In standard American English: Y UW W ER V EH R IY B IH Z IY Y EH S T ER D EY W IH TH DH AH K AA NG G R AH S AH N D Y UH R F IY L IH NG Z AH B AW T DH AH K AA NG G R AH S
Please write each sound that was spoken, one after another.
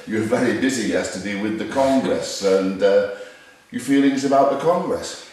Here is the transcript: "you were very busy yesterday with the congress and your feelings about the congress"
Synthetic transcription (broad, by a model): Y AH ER V EH R IY B IH Z IY Y EH S T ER D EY W IH DH AH K AA NG G R AH S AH N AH Y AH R F IY L IH NG Z AH B AW T DH AH K AA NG G R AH S